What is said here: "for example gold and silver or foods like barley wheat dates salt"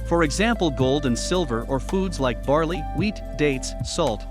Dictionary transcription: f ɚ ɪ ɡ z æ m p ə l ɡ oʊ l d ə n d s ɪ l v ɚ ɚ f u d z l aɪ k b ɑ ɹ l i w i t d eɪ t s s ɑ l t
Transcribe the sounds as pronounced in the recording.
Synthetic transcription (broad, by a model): f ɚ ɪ ɡ z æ m p l ɡ oʊ l d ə n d s ɪ l v ɚ ɚ f u d z l aɪ k b ɑ ɹ l i w i t d eɪ t s s ɑ l t